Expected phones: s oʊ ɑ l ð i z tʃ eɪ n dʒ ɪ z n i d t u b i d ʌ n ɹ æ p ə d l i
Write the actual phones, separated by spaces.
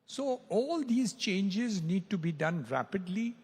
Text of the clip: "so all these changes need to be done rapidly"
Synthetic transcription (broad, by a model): s oʊ ɑ l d i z tʃ eɪ n dʒ ɪ z n i d t u b i d ʌ n ɹ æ p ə d l i